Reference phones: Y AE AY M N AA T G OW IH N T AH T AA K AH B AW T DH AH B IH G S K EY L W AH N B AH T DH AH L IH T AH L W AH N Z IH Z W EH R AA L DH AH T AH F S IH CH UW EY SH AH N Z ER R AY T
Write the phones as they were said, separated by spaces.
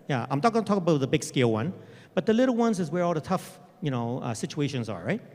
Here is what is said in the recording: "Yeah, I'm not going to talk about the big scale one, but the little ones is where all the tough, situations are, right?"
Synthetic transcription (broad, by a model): Y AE AY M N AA T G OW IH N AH T AA K AH B AW T DH AH B IH G S K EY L W AH N B AH T DH AH L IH T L W AH N Z IH Z W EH R AA L DH AH T AH F S IH CH UW EY SH AH N Z ER R AY T